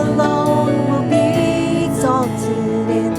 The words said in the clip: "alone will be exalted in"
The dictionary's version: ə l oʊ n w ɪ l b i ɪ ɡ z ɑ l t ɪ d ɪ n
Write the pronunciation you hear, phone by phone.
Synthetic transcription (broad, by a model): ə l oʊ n w ɪ l b i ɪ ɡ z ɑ t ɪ ɪ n